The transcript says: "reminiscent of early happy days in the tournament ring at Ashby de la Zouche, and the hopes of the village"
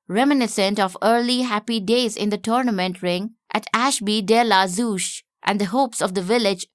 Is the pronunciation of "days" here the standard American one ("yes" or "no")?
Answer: yes